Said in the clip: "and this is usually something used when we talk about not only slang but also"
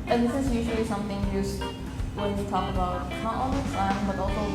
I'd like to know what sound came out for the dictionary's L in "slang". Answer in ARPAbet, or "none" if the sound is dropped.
none